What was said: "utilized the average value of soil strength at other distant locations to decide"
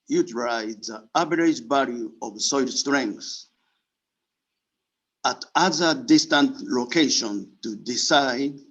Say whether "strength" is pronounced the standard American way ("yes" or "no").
no